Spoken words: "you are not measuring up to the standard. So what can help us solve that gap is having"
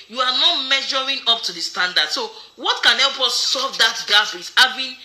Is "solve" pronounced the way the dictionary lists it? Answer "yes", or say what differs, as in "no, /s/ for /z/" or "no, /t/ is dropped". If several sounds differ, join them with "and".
no, /l/ is dropped